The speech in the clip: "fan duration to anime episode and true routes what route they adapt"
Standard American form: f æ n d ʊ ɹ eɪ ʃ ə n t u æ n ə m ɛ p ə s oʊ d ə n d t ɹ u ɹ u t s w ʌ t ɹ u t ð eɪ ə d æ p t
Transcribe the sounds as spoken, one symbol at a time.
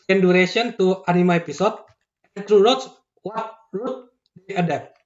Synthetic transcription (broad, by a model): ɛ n d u ɹ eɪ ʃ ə n t u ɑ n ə m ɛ p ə s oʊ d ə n t ɹ u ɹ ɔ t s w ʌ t ɹ u t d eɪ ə d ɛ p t